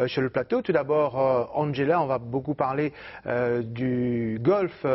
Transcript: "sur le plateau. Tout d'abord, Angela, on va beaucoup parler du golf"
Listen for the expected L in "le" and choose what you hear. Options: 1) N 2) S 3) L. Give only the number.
3